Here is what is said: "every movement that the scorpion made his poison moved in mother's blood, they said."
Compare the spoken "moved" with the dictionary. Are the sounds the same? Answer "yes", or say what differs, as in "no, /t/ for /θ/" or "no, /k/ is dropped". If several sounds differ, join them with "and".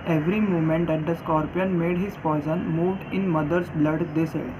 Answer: yes